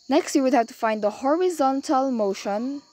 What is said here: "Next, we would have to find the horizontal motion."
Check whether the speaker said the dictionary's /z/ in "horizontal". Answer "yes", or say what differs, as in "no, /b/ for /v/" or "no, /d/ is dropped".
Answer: yes